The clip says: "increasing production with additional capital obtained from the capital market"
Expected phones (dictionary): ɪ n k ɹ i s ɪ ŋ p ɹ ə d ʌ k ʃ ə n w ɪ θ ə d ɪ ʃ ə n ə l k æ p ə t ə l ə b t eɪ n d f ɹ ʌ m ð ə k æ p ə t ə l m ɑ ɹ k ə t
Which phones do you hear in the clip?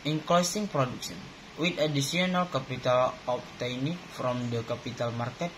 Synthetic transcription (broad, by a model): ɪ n k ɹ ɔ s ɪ ŋ p ɹ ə d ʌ k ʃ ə n w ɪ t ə d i s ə n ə l k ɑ p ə t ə l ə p t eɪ n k f ɹ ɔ m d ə k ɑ p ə t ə l m ɑ ɹ k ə t